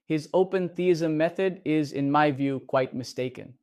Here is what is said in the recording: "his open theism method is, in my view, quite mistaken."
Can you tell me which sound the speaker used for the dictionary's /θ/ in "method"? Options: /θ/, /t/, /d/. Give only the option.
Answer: /θ/